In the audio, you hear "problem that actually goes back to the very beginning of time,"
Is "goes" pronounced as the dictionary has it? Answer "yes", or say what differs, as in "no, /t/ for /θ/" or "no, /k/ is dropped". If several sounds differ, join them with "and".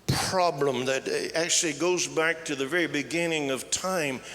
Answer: yes